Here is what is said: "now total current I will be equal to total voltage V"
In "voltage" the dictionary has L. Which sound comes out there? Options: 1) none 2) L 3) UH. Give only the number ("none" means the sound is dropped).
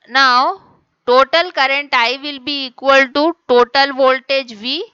2